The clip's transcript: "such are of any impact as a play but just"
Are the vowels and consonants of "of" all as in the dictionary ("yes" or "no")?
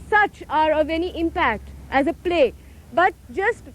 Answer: yes